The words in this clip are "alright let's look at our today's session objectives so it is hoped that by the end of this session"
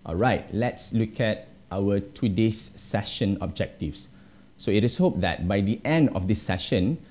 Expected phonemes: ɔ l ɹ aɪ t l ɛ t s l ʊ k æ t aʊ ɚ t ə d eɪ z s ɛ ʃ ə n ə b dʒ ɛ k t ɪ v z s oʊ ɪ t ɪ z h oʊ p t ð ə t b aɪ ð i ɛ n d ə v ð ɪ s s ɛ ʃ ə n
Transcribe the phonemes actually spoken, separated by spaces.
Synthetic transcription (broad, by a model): ɔ l ɹ aɪ t l ɛ t s l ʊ k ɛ t aʊ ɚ t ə d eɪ s ɛ ʃ ə n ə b dʒ ɛ k t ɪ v s oʊ ɪ t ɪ s h oʊ p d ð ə t b aɪ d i ɛ n d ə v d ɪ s s ɛ ʃ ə n